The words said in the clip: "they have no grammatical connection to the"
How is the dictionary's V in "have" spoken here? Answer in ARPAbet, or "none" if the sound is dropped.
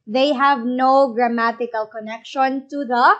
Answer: V